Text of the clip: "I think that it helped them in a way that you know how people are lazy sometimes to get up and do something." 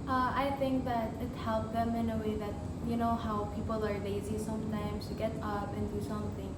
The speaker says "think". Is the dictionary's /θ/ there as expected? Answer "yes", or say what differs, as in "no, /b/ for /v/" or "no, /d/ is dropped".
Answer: yes